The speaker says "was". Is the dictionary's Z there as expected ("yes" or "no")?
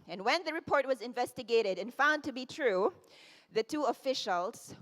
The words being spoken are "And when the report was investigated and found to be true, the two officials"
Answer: yes